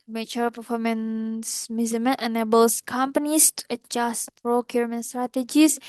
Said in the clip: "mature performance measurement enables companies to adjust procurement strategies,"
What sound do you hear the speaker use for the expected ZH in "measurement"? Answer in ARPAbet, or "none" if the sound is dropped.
Z